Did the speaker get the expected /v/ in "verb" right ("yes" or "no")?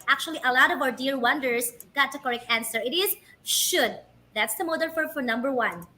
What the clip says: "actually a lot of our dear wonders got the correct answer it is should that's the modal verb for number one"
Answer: no